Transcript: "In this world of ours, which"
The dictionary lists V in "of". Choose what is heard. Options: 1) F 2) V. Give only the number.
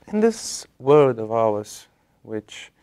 2